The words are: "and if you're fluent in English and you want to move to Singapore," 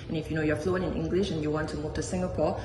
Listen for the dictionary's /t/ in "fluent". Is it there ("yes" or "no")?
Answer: no